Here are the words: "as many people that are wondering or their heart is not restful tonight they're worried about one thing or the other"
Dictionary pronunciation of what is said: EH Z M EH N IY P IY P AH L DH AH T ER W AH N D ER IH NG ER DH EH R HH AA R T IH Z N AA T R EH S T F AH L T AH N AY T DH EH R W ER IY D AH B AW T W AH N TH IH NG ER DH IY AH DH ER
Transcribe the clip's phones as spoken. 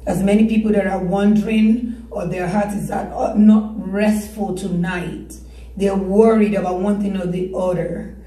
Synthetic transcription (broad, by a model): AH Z M EH N IY P IY P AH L DH AH T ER W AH N D ER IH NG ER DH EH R HH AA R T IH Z N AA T R EH S T F AH L T AH N AY T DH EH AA W ER IY D AH B AW T W AH N TH IH NG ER DH IY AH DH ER